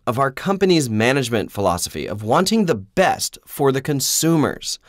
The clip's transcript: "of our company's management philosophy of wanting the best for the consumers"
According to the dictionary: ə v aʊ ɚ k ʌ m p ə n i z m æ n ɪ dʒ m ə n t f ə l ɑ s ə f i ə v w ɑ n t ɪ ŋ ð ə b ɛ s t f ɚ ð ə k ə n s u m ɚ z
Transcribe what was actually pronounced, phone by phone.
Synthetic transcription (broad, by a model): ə v aʊ ɚ k ʌ m p ə n i z m æ n ɪ dʒ m ə n t f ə l ɑ s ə f i ə v w ɑ n t ɪ ŋ ð ə b ɛ s t f ɚ ð ə k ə n s u m ɚ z